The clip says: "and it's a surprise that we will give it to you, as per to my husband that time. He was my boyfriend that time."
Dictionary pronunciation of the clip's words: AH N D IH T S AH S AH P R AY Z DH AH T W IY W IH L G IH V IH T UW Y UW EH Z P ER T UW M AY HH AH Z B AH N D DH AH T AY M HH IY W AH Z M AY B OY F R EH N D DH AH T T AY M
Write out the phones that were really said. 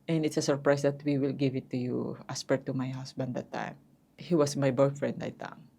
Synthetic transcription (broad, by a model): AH N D IH T S AH S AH P R AY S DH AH T W IY W IH L G IH V IH T UW Y UW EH S P ER T UW M AY HH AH S B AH N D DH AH T AY M HH IY W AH S M AY B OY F R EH N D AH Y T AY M